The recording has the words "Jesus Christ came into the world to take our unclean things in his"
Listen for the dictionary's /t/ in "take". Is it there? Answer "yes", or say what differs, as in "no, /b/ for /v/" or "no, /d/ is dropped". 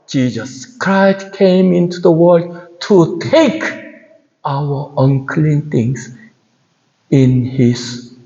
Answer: yes